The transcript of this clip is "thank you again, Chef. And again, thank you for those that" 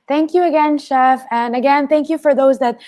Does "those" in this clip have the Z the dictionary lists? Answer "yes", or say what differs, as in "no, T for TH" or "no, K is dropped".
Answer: yes